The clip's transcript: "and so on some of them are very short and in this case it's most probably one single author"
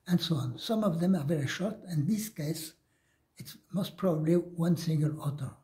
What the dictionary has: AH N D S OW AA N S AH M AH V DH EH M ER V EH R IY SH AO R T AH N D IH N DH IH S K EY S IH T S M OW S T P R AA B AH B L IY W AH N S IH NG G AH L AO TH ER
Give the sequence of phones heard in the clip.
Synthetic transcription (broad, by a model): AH N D S OW AA N S AH M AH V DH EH M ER V EH R IY SH AO R T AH N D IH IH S K EY S IH T S M OW S T P R AA B AH B L IY W AH N S IH NG G AH L AO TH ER